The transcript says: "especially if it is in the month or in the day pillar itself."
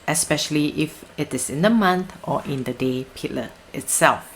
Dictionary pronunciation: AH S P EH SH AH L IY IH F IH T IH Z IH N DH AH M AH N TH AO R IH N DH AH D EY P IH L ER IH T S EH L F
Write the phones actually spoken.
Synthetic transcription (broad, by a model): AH S P EH SH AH L IY IH F IH T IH S IH N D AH M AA N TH AO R IH N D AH D EY P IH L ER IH T S EH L F